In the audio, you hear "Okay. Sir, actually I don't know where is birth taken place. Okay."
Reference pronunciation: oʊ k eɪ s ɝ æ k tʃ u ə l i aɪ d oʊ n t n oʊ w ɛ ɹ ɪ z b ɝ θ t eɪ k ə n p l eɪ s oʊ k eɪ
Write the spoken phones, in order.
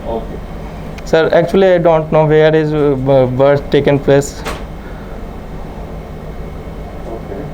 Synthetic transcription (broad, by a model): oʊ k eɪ s ɝ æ k tʃ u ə l i aɪ d oʊ n t n oʊ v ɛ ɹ ɪ z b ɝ s t eɪ k ə n p l eɪ s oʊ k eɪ